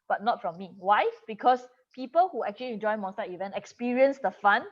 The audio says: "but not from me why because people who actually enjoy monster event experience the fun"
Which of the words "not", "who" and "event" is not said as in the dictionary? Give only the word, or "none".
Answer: none